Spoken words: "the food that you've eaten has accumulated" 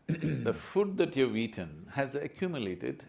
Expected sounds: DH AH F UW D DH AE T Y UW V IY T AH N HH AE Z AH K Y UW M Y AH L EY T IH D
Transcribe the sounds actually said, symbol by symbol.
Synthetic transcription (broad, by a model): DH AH F UW D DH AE T Y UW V IY T AH N HH AE Z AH K Y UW M Y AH L EY T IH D